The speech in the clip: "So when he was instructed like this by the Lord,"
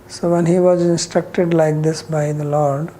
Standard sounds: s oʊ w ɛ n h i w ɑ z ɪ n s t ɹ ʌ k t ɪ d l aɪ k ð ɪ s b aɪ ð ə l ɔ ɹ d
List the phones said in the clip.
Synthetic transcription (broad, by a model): s oʊ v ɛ n h i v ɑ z ɪ n s t ɹ ʌ k t ɪ d l aɪ k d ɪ s b aɪ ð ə l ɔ ɹ d